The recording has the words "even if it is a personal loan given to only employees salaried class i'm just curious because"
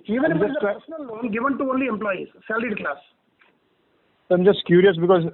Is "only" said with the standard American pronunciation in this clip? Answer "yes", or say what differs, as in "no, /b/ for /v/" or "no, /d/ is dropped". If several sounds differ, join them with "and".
yes